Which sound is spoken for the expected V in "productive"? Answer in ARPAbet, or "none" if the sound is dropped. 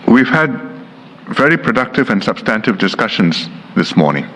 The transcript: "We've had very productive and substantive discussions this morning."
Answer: V